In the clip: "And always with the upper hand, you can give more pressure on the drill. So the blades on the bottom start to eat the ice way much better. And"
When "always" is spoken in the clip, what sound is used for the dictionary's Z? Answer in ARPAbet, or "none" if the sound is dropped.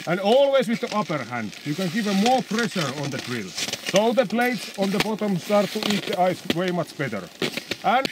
S